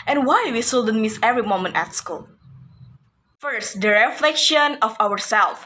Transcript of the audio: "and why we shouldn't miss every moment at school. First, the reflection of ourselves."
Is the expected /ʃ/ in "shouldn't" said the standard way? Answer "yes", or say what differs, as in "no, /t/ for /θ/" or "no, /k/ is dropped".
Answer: no, /s/ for /ʃ/